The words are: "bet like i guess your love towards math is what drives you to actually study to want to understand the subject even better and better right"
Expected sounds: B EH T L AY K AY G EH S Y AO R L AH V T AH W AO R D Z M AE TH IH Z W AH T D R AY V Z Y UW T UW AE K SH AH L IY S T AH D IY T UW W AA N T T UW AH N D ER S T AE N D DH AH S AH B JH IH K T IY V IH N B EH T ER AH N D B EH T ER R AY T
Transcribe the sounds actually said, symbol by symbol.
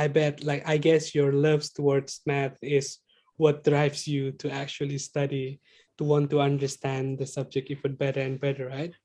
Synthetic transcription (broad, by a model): B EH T L AY K AY G EH S Y AO R L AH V T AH W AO R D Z M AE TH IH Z W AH T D R AY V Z Y UW T UW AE K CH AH L IY S T AH D IY T UW W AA N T T UW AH N D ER S T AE N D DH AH S AH B JH IH K T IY F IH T B EH T ER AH N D B EH T ER R AY T